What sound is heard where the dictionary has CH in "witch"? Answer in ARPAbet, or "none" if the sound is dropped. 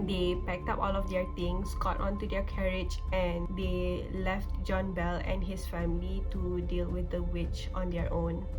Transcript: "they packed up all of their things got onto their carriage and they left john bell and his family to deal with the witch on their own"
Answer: CH